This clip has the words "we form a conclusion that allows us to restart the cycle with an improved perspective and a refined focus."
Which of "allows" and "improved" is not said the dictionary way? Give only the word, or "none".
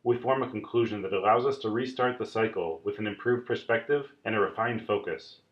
none